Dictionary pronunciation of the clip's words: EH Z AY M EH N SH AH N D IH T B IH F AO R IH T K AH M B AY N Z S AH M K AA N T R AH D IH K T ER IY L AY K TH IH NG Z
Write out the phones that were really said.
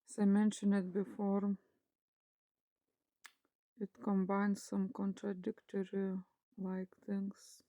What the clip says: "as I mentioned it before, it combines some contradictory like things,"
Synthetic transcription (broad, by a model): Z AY M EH N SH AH N IH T B IH F AO R IH T K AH M B AY N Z S AH M K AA N T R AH D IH K T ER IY L AY K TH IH NG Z